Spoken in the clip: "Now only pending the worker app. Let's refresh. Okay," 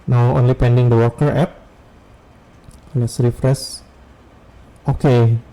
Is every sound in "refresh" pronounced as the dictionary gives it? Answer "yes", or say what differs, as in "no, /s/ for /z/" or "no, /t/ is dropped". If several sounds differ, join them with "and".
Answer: no, /s/ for /ʃ/